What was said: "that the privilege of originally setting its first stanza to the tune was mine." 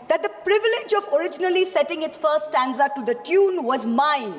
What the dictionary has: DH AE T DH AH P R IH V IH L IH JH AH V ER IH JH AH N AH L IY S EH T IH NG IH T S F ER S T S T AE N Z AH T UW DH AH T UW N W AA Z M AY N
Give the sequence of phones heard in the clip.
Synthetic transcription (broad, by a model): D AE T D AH P R IH V IH L IH JH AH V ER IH JH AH N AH L IY S EH T IH NG IH T S F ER T S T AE N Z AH T UW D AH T UW N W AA Z M AY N